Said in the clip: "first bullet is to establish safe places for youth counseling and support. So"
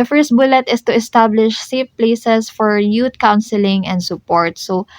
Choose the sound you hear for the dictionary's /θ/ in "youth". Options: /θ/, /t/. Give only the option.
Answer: /t/